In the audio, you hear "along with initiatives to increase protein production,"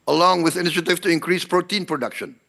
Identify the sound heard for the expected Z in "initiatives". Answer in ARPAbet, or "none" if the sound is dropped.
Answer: none